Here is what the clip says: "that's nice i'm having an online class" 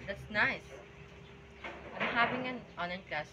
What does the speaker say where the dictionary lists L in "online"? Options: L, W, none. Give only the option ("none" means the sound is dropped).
none